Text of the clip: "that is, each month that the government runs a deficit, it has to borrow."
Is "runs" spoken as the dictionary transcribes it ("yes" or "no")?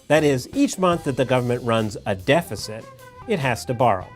yes